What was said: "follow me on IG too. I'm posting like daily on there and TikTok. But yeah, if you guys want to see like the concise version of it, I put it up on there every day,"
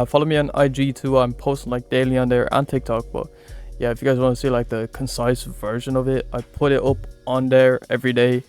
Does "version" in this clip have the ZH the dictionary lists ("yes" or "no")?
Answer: yes